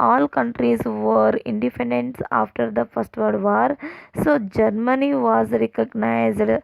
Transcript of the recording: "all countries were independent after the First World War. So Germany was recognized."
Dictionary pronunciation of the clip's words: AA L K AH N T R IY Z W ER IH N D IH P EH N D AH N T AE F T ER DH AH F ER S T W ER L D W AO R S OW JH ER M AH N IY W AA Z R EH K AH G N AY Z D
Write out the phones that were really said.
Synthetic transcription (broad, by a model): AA L K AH N T R IY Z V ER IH N D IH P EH N D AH N T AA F T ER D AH F ER S T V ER D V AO R S OW JH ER M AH N IY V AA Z R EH K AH G N AY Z D